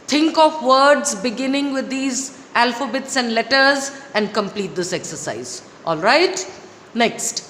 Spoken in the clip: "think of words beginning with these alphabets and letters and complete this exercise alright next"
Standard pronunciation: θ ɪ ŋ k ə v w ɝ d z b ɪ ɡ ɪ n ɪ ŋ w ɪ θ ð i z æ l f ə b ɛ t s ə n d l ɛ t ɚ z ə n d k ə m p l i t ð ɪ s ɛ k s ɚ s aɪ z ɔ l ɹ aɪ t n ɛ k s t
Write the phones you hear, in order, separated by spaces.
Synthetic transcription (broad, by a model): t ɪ ŋ k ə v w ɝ d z b ɪ ɡ ɪ n ɪ ŋ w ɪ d i z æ l f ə b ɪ t s ə n d l ɛ t ɚ z ə n d k ə m p l i t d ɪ s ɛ k s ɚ s aɪ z ɔ l ɹ aɪ t n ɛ k s t